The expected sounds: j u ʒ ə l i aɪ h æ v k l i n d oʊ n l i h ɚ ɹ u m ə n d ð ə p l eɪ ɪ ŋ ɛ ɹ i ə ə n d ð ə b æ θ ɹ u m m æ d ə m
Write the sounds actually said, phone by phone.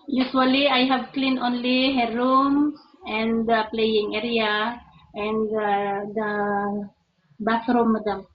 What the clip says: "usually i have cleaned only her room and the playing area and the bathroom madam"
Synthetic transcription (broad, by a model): j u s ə l i aɪ h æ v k l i n oʊ n l i h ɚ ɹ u m ə n d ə p l eɪ ɪ ŋ ɛ ɹ i ə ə n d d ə b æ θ ɹ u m m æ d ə m